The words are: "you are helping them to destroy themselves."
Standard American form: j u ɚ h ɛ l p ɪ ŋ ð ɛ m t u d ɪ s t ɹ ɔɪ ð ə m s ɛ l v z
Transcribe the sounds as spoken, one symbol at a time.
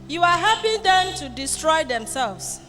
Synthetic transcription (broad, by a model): j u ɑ h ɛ p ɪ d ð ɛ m t u d ɪ s t ɹ ɔɪ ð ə m s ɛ l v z